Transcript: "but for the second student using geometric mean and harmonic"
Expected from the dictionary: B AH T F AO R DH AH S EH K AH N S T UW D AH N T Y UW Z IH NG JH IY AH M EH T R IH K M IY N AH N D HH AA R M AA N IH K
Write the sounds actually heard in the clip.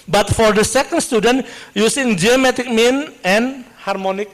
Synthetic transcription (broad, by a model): B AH T F AO R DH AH S EH K AH N S T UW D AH N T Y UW S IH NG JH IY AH M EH T IH K M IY N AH N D HH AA R M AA N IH K